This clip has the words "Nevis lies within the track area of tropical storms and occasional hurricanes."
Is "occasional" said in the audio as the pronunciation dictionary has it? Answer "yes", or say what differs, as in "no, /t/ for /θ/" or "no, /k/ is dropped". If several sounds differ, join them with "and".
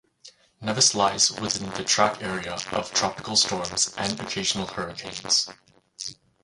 yes